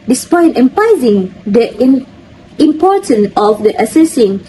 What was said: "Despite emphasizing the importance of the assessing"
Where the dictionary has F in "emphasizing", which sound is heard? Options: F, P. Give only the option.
P